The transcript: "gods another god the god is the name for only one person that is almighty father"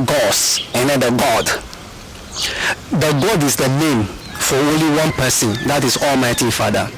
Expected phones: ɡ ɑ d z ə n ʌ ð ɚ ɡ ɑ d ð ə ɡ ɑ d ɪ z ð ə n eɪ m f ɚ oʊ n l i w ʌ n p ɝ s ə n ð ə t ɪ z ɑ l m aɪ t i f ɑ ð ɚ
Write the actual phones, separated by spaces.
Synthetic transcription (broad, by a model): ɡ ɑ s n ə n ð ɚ ɡ ɑ d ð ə ɡ ɑ d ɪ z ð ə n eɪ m f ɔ oʊ n l i w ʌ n p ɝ s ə n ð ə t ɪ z ɑ l m aɪ t i f ɑ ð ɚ